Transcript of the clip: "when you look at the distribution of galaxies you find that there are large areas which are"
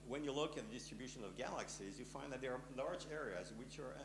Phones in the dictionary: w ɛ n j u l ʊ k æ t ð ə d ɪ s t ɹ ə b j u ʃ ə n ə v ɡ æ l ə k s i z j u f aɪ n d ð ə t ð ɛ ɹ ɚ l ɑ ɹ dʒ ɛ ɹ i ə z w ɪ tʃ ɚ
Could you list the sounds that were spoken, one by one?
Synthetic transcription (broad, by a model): w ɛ n j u l ʊ k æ t ð ə d ɪ s t ɹ ə b j u ʃ ə n ə v ɡ æ l ə k s i z j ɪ f aɪ n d ð ə t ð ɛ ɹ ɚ l ɑ ɹ dʒ ɛ ɹ i ə z w ɪ tʃ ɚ